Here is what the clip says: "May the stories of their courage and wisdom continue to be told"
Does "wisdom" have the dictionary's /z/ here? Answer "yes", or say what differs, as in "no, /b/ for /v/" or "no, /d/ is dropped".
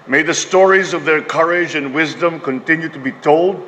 yes